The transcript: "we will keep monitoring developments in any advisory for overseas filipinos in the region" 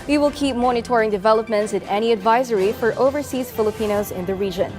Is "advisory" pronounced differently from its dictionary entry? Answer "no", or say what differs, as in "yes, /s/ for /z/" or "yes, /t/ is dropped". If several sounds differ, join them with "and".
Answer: no